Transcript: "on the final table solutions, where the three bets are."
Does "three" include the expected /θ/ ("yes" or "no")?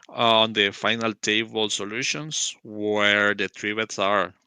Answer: no